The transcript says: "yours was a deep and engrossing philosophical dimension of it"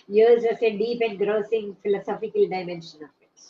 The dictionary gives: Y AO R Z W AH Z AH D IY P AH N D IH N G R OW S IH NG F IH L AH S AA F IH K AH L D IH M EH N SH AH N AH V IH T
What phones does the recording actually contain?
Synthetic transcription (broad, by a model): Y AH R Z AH S AH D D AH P IH N G R OW S IH NG F IH L AH S AA F IH K AH L D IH M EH N SH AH N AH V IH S